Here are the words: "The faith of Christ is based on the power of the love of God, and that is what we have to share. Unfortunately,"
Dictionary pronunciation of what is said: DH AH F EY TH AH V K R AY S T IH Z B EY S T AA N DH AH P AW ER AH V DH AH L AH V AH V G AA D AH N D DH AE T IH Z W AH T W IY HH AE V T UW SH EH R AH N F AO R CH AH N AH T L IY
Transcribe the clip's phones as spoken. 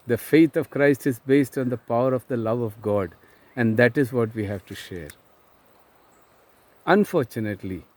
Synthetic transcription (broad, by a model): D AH F EY T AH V K R AY S T IH Z B EY S T AA N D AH P AW ER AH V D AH L AH V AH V G AA D AH N D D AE T IH Z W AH T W IY HH AE V T UW SH EH R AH N F AO R CH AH N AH T L IY